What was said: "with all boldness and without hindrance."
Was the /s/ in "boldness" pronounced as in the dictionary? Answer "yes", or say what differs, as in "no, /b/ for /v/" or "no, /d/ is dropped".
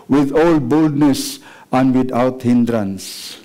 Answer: yes